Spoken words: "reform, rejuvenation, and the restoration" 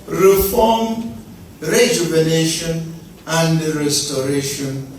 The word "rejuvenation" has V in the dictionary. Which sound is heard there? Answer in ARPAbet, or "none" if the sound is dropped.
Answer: B